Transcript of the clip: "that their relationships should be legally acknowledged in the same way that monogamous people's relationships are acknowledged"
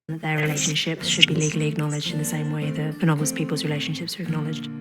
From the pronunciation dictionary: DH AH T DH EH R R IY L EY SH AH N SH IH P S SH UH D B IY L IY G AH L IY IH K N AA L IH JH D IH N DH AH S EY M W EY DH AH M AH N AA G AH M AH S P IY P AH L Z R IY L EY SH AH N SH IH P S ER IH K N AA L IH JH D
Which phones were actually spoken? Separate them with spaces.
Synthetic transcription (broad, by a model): DH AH T DH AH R R IY L EY SH AH N SH IH P S SH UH D B IY L IY G AH L IY IH K N AA L IH JH D IH N DH AH S EY M W EY DH AH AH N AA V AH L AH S P IY P AH L Z R IY L EY SH AH N SH IH P S ER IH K N AA L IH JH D